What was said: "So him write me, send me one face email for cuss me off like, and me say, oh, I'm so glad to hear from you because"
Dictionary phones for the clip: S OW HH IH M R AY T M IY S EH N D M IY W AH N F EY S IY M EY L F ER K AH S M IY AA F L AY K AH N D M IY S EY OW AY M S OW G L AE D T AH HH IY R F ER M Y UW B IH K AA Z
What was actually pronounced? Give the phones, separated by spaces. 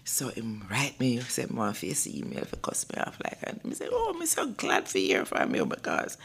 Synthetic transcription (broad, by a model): S OW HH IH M R AY T M IY S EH D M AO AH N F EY S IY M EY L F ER K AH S M IY AA F L AY K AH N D M IY S EY OW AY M S OW G L AE D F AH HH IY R F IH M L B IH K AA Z